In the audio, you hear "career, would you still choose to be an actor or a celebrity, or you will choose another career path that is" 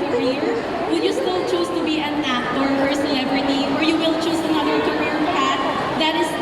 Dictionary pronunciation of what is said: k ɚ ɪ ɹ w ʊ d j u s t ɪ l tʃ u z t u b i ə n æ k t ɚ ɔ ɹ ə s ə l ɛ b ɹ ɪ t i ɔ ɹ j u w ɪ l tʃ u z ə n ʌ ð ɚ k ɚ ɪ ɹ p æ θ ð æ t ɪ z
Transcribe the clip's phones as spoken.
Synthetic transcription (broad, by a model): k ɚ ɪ ɹ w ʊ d j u s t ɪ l tʃ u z t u b i ə n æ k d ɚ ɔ ɹ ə s ə l ɛ b ɹ ɪ t i ɔ ɹ j u w ɪ l tʃ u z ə n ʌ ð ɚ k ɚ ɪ ɹ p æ t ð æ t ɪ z